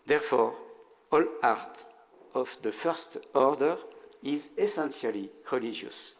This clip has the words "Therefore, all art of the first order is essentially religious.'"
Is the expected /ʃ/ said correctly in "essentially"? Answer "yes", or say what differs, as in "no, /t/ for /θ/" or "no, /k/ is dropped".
no, /s/ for /ʃ/